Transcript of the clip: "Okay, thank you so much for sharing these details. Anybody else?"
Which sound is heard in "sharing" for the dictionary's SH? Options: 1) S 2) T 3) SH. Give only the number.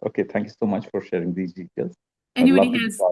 3